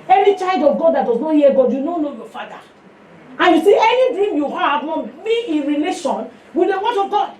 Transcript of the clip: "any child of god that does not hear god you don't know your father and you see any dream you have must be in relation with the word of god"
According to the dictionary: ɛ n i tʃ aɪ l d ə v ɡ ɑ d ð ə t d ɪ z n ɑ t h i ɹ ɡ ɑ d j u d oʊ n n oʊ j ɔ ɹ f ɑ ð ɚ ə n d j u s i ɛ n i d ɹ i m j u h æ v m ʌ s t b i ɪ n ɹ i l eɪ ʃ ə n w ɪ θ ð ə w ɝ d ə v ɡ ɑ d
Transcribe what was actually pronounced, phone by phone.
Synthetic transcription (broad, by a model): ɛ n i tʃ aɪ l d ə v ɡ ɑ d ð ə t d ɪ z n ɑ t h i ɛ ɡ ɑ d j u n oʊ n n oʊ j ɔ f ɑ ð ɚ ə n j u s i ɛ n i d ɹ i m j u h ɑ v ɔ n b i ɪ n ɹ i l eɪ ʃ ə n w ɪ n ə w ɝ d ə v ɡ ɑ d